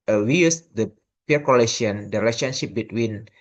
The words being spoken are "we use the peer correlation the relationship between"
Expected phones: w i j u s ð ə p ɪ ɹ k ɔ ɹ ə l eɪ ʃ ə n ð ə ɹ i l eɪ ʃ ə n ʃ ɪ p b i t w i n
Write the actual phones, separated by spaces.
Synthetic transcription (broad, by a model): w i j u s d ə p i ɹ k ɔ l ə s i ə n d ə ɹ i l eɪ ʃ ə n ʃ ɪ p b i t w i n